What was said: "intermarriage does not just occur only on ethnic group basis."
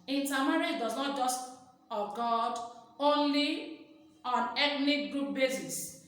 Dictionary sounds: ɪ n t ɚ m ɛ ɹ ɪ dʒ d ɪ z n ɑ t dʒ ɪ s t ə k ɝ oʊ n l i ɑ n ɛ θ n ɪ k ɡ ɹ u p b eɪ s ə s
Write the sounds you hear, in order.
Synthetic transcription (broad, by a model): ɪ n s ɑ m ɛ ɹ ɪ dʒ d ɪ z n ɑ t dʒ ɪ s t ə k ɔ oʊ n l i ɑ n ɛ t n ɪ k ɡ ɹ u p b eɪ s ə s